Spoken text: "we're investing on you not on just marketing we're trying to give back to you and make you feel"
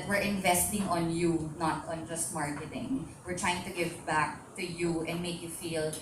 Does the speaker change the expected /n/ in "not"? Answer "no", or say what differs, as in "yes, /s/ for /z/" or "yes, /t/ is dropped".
no